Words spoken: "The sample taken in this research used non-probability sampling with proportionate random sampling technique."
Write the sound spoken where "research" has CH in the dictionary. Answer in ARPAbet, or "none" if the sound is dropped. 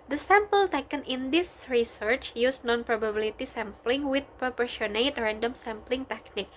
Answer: CH